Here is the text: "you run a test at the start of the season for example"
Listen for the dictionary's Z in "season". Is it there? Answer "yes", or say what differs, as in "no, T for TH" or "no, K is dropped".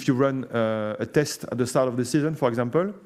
yes